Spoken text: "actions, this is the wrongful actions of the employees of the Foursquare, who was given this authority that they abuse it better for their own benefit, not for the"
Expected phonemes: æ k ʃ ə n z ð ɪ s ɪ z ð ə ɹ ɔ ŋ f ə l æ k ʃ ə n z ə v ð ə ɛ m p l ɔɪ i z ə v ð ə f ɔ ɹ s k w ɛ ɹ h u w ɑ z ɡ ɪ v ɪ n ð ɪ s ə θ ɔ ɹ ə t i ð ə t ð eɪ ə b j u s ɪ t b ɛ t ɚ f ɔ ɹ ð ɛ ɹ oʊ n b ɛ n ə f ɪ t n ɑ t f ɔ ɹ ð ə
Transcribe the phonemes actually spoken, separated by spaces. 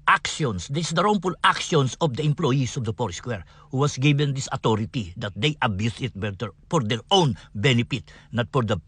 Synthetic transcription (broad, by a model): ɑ k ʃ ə n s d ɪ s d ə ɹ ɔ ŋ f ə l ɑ k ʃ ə n s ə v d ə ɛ m p l ɔɪ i s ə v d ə p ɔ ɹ s k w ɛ ɹ h u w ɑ s ɡ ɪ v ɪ n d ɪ s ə t ɔ ɹ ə t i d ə t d eɪ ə b j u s ɪ t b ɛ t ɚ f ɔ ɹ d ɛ ɹ oʊ n b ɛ n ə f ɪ t n ɑ t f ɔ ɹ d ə